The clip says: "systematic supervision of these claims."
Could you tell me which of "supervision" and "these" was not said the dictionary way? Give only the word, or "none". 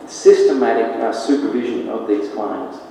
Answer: none